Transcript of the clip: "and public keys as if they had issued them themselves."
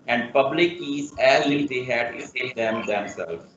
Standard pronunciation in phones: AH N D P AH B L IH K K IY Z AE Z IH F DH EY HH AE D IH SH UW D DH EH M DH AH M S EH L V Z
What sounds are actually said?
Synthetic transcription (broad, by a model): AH N D P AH B L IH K K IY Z AE Z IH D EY HH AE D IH S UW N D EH M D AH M S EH L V